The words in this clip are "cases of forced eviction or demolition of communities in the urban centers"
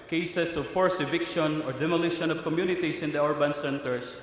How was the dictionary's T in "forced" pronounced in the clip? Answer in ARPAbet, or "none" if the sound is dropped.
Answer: none